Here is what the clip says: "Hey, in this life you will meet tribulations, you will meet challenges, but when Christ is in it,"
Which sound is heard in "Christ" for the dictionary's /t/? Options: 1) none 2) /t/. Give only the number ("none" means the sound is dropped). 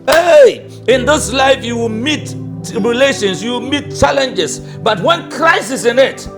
1